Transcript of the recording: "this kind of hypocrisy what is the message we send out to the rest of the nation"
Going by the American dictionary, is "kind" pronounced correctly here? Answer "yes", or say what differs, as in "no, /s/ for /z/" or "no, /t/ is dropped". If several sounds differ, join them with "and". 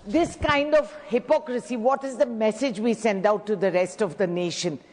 yes